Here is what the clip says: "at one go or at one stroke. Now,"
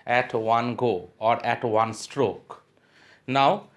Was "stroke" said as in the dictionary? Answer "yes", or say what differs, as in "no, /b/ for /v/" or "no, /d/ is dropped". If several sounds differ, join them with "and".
yes